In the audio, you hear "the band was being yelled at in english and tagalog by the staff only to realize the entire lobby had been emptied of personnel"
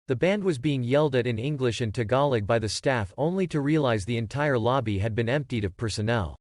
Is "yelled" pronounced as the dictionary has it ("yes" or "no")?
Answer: yes